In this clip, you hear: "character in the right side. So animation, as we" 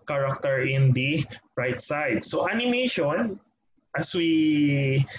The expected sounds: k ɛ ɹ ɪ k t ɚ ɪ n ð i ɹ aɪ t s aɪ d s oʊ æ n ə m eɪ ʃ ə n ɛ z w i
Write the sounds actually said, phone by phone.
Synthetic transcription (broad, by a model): k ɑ ɹ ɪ k t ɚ ɪ n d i ɹ aɪ t s aɪ d s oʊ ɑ n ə m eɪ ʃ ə n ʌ s w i